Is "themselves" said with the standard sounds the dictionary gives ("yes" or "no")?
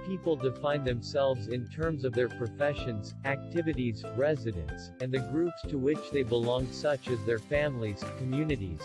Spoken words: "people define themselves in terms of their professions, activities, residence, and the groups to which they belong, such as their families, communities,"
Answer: yes